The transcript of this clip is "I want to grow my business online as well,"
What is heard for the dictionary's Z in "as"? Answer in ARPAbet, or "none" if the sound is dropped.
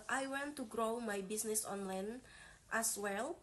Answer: S